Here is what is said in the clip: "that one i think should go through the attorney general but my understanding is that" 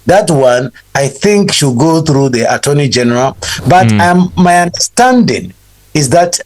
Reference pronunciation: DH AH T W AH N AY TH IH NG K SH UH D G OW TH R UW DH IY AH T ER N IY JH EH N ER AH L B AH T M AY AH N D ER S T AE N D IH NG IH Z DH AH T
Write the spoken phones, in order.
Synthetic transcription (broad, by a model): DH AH T W AH N AY TH IH NG K SH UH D G OW TH R UW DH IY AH T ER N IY JH EH N ER AH L B AH T M AY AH N D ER S T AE N D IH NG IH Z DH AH T